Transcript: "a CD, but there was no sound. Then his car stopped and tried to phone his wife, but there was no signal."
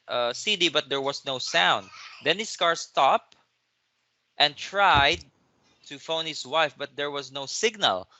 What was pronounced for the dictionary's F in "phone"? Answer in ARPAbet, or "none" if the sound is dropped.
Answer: F